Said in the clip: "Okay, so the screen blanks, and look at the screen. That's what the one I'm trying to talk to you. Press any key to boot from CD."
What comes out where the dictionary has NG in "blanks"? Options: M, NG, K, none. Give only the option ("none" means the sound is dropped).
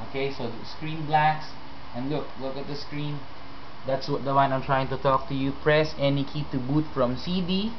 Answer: none